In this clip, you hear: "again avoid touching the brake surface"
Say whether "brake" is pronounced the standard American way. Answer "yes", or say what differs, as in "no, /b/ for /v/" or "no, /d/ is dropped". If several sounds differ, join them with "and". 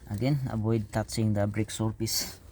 yes